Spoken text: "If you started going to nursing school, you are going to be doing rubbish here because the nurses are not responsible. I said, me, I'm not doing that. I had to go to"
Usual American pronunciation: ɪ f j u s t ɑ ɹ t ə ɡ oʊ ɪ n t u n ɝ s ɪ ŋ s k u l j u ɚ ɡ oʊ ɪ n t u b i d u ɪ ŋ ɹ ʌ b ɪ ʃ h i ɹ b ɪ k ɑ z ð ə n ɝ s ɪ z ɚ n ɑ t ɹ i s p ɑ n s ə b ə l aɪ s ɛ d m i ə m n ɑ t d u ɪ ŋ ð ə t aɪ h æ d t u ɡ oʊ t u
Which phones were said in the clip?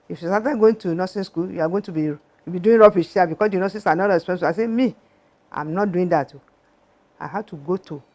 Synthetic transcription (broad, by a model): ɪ f j u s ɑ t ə ɡ oʊ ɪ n t u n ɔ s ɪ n s k u l j u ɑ ɡ oʊ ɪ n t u b i d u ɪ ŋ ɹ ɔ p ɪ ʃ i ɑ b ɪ k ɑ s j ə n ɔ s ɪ s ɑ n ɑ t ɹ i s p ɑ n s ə ə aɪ s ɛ m i ə m n ɑ t d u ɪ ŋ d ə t aɪ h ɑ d t u ɡ oʊ t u